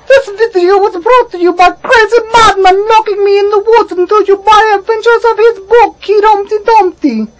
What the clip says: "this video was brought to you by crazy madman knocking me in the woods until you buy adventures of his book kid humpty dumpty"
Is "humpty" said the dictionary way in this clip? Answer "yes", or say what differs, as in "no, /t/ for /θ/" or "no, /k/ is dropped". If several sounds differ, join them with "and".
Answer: no, /p/ is dropped